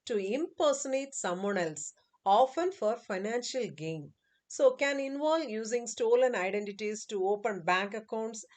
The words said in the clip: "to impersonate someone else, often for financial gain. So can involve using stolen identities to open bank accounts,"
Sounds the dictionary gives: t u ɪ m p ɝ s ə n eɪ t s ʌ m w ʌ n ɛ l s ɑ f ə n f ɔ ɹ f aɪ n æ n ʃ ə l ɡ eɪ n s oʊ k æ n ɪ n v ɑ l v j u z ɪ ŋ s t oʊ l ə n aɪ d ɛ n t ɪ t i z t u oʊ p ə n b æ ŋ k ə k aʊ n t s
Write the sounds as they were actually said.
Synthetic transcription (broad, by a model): t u ɪ m p ɝ s ə n eɪ t s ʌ m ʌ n ɛ l s ɑ f ə n f ɔ ɹ f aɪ n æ n ʃ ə l ɡ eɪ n s oʊ k æ n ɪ n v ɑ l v j u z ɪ ŋ s t oʊ l ə n aɪ d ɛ n t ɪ t i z t u oʊ p ə n b æ ŋ k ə k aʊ n t s